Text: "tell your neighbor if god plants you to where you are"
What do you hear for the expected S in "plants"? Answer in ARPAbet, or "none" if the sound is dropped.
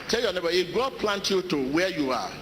none